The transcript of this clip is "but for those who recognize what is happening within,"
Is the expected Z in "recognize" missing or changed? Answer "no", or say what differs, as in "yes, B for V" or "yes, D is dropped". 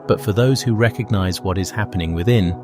no